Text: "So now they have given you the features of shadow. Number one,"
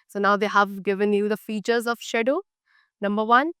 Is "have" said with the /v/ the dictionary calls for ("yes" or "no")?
yes